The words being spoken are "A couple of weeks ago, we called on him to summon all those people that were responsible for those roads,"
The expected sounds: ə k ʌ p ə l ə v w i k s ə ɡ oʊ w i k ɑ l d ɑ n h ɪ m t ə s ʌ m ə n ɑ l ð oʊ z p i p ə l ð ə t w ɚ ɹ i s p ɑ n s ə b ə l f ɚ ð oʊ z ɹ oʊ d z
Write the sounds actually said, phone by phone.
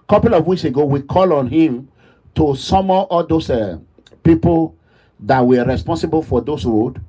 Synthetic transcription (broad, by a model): k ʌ p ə l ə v w i k s ə ɡ oʊ w i k ɑ l ɑ n h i m t ə s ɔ m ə ɑ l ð oʊ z p i p ə l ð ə t w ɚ ɹ i s p ɑ n s ə b ə l f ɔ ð oʊ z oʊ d